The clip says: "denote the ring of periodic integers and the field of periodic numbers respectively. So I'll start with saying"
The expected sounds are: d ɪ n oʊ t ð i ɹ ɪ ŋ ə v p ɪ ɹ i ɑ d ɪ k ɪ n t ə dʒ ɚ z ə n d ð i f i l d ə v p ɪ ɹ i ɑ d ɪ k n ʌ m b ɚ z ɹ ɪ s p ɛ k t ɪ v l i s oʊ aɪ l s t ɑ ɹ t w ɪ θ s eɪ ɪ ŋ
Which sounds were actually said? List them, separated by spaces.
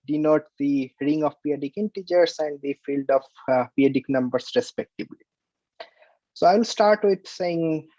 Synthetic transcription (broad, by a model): d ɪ n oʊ t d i ɹ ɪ ŋ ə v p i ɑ d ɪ k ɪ n t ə dʒ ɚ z ə n d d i f i l d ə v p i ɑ d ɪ k n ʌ m b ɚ s ɹ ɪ s p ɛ k t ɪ b l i s oʊ aɪ l s t ɑ ɹ t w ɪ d s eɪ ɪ ŋ